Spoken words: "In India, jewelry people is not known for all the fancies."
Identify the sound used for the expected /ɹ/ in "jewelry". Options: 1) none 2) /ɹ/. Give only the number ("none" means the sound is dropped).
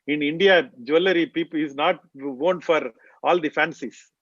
1